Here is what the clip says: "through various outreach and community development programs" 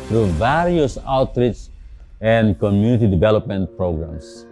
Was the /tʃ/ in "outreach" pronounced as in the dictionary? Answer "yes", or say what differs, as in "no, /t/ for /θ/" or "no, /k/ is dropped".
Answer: no, /s/ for /tʃ/